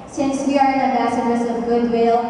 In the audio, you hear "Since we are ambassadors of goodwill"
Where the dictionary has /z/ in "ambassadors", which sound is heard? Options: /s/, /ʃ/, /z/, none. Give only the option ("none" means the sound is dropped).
/s/